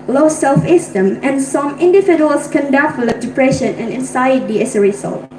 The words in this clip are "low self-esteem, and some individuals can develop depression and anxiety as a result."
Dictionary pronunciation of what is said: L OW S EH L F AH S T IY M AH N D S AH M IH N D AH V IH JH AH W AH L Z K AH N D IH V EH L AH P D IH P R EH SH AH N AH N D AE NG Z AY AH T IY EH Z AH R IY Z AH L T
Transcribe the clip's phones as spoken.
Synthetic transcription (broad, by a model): L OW S EH L F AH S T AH M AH N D S AH M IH N D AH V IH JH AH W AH L S K AH N D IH F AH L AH D IH P R EH SH AH N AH N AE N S AY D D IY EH S AH R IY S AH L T